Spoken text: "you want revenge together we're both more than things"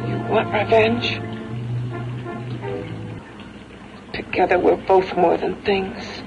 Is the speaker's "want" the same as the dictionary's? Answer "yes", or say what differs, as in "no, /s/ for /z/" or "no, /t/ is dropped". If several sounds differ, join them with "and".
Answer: no, /n/ is dropped